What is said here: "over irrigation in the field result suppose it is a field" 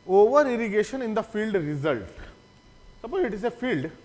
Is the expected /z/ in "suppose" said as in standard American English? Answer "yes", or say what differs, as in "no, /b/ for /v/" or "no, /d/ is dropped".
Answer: no, /z/ is dropped